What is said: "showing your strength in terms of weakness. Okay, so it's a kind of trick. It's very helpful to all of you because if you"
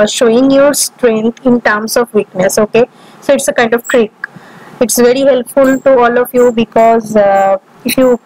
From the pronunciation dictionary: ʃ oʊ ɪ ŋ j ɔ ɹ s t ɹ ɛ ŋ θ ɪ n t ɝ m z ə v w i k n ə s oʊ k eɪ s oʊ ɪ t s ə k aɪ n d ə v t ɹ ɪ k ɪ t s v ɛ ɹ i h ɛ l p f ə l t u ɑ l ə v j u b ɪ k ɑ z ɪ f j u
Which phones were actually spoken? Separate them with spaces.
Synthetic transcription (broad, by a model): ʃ oʊ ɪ ŋ j ɔ ɹ s t ɹ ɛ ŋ t ɪ n t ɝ m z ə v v i k n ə s oʊ k eɪ s oʊ ɪ t s ə k aɪ n d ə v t ɹ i k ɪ t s v ɛ ɹ i h ɛ l p f ə l t u ɑ l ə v j u b ɪ k ɑ z ɪ f j u